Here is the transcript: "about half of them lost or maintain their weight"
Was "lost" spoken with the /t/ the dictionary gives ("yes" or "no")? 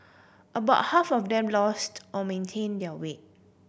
yes